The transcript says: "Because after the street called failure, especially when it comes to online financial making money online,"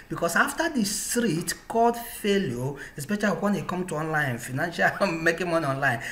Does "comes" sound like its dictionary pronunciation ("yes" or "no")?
no